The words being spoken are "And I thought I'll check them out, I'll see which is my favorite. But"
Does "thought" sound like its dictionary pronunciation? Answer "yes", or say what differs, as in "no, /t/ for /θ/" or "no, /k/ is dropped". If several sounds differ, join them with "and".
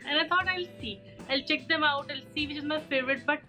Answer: no, /t/ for /θ/